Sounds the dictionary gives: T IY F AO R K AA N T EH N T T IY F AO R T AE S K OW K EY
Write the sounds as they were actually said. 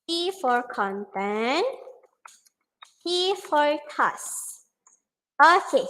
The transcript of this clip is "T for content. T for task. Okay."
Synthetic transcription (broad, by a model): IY F AO R K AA N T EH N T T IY F AO R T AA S OW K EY